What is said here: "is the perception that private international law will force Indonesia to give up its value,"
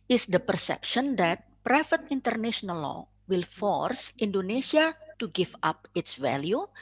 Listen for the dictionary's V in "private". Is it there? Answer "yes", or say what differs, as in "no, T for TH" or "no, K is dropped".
no, F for V